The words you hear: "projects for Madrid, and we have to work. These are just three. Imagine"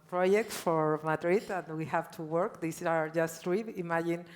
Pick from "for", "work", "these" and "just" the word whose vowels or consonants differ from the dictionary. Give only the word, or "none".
these